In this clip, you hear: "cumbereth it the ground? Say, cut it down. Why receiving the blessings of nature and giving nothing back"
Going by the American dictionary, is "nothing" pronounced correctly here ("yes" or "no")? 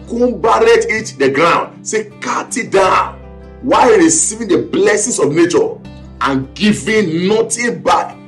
no